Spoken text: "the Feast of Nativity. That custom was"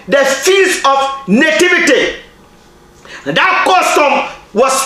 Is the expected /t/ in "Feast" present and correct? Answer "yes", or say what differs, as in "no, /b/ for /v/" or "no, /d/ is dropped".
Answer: no, /t/ is dropped